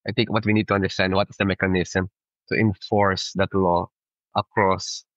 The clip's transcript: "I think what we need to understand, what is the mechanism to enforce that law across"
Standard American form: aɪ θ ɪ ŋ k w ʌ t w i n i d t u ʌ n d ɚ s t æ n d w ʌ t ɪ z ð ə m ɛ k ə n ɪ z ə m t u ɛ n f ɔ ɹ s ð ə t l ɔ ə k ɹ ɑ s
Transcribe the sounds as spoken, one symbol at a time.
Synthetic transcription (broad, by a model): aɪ t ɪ ŋ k w ʌ t w i n i d t u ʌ n d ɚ s t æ n d w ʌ t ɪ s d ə m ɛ k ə n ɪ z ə m t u ɛ n f ɔ ɹ s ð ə t l ɔ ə k ɹ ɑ s